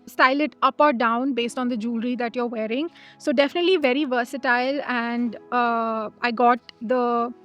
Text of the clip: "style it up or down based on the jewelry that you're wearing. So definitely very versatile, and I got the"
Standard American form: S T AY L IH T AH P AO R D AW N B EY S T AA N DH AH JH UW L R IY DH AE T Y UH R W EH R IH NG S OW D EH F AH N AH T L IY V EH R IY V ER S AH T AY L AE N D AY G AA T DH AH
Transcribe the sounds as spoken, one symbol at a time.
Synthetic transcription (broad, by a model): S T AY L IH T AH P AO R D AW N B EY S T AA N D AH JH UW L R IY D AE T Y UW R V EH R IH NG S OW D EH F AH N AH T L IY V EH R IY V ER S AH T AY L AE N D AY G AA T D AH